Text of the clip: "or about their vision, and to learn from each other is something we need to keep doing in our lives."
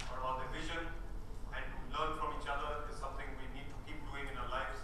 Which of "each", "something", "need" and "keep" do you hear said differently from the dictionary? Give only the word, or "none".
something